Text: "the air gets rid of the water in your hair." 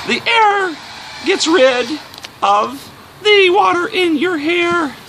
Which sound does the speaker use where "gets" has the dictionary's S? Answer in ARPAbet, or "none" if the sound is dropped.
S